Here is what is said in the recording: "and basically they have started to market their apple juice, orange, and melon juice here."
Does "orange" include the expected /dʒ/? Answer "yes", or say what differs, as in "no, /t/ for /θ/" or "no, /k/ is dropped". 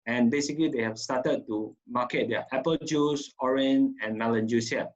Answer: no, /dʒ/ is dropped